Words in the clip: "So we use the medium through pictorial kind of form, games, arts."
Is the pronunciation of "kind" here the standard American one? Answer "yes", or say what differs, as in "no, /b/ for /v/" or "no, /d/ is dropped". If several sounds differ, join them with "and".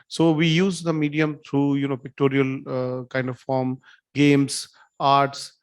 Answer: yes